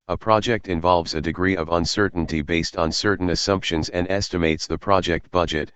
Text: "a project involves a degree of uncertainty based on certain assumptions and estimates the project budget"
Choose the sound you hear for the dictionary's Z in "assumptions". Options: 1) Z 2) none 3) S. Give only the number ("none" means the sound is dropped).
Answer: 1